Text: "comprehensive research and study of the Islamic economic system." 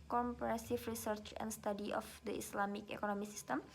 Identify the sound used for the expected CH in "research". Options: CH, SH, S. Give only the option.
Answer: CH